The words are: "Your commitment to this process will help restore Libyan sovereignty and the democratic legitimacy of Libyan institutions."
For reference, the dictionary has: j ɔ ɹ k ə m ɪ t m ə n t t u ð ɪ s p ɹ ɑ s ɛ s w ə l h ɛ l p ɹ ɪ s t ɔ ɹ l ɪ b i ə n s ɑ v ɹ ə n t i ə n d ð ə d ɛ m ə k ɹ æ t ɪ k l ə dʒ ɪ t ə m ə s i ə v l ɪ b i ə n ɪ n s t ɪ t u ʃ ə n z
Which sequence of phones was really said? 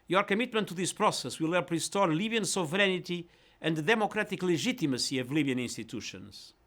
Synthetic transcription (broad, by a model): j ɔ ɹ k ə m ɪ t m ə n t t u ð ɪ s p ɹ ɑ s ɛ s w ə l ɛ p ɹ ɪ s t ɔ ɹ l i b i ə n s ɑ v ɹ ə n t i ə n d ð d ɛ m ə k ɹ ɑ t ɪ k l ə ʒ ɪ t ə m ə s i ə v l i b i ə n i n s t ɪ t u ʃ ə n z